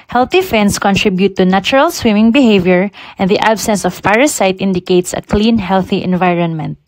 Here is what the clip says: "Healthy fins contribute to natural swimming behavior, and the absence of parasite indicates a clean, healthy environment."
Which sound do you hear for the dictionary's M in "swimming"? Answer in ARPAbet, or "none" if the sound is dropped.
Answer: M